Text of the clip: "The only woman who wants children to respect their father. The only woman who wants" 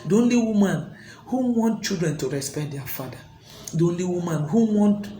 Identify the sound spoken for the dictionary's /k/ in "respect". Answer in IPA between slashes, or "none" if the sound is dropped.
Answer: none